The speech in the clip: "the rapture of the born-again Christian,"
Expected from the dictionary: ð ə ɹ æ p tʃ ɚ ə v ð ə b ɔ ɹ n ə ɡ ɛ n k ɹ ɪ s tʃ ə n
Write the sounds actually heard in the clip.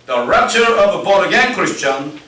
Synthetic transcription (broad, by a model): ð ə ɹ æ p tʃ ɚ ə v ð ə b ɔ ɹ ə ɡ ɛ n k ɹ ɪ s tʃ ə n